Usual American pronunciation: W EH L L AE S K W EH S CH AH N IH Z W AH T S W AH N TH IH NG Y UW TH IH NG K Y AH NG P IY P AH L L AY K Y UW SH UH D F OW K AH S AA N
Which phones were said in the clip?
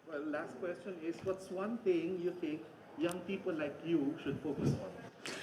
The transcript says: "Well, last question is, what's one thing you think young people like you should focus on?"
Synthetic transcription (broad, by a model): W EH L L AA S K W EH S CH AH N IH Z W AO T S W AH N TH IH NG Y UW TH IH NG K Y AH NG P IY P AH L L AY K Y UW SH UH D F OW K AH S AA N